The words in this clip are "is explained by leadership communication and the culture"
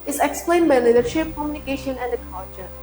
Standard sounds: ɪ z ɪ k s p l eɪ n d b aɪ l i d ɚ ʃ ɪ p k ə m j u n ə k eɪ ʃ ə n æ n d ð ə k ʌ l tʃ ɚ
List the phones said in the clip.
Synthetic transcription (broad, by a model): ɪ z ɪ k s p l eɪ n d b aɪ l i d ɚ ʃ ɪ p k ə m j u n ə k eɪ ʃ ə n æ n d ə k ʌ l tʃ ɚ